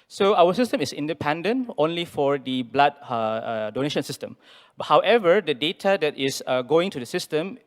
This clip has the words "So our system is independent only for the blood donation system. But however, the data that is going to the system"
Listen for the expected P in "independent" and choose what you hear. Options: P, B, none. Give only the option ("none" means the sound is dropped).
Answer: P